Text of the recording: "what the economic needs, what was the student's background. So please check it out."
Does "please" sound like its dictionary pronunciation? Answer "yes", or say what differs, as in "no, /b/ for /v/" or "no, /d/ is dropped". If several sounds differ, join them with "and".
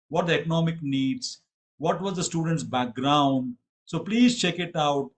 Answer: yes